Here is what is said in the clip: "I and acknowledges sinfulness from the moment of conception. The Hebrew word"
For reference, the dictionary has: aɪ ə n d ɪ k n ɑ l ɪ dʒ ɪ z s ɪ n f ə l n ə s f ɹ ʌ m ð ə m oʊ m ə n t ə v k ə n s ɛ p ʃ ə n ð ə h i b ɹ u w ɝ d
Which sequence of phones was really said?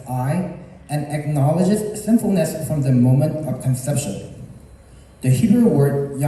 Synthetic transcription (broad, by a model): aɪ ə n ɪ k n ɑ l ɪ dʒ ɪ z s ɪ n f l n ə s f ɹ ʌ m ð ə m oʊ m ə n t ə v k ə n s ɛ p ʃ ə n ð ə h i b ɹ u w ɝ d